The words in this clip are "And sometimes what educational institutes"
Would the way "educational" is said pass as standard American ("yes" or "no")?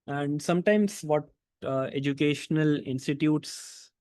yes